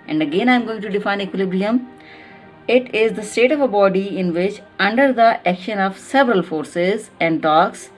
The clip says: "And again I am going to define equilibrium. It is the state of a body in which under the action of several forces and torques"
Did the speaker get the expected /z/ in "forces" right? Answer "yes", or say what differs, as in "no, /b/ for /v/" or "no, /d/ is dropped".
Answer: yes